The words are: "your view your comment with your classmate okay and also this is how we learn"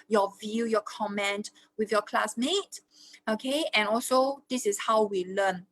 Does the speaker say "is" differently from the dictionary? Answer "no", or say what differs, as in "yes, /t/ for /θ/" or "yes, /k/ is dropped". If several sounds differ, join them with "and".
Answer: yes, /s/ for /z/